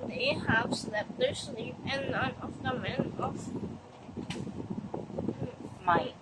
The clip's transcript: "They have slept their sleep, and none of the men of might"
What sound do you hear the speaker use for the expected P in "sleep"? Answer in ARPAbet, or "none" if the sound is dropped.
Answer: none